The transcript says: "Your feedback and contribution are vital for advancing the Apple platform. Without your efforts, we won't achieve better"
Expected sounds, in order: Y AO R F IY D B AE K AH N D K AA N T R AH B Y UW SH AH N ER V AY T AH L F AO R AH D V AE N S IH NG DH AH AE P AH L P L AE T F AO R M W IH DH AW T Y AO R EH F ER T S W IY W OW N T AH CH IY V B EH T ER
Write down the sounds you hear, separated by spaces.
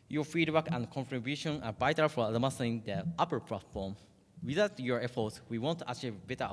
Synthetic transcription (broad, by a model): Y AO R F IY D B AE K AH N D K AA N T R AH B Y UW SH AH N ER B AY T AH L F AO L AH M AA S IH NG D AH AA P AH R P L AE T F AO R M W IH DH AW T Y AO R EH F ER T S W IY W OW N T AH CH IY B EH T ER